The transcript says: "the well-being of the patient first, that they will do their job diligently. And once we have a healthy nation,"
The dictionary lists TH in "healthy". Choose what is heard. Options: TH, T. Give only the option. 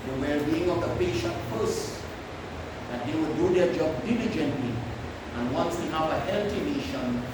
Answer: T